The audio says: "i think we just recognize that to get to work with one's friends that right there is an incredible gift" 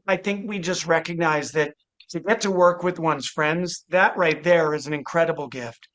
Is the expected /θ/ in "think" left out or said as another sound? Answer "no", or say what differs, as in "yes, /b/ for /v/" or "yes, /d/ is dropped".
no